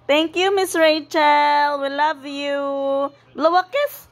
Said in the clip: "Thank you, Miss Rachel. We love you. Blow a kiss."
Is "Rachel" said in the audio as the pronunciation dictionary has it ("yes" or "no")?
yes